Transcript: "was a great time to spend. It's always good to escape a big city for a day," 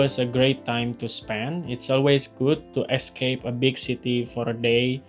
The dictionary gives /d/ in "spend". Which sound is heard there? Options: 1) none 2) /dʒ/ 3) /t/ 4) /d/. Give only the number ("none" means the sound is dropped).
1